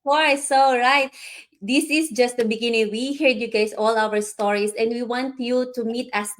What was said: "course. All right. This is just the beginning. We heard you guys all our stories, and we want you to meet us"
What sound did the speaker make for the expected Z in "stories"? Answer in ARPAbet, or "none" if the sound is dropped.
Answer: S